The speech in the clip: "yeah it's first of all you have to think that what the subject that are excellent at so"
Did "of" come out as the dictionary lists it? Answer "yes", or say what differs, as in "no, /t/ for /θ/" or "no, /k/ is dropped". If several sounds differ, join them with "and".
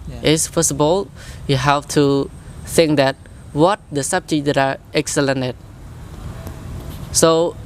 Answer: no, /b/ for /v/